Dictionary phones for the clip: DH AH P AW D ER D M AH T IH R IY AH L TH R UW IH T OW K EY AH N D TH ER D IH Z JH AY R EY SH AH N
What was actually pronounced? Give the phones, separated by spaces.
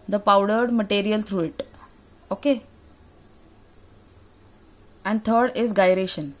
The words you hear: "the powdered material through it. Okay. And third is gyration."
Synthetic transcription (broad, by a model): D AH P AW D ER D M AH T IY R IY AH L T R UW IH T OW K EY AH N D T ER D IH Z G AY R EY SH AH N